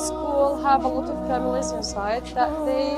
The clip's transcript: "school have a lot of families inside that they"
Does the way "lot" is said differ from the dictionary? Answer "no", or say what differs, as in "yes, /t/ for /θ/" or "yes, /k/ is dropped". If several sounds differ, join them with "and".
no